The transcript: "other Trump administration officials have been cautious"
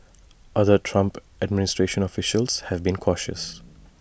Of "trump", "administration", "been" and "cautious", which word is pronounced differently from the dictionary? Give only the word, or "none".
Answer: none